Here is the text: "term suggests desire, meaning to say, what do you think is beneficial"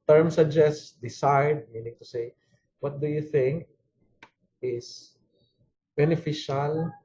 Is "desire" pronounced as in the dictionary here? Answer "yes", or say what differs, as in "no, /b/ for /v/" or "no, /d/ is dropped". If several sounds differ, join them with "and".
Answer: no, /s/ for /z/